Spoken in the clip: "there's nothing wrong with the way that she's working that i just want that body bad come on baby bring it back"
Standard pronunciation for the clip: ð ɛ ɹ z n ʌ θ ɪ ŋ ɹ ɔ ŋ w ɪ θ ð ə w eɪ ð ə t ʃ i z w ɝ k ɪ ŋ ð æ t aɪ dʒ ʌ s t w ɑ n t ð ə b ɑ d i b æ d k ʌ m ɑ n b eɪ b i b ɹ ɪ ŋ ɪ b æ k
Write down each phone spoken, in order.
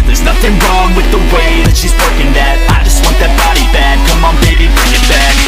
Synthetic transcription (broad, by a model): ð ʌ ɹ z n ʌ θ ɪ ŋ ɹ ɔ ŋ w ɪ ð ə w eɪ ð ə t ʃ i z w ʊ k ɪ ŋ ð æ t aɪ dʒ ʌ s t w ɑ n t ð ə b ɑ d i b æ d k ʌ m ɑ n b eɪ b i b ɪ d ɪ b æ